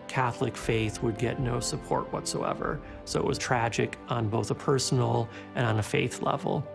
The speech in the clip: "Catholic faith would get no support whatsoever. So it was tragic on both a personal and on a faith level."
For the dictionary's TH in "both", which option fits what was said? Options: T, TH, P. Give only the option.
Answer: TH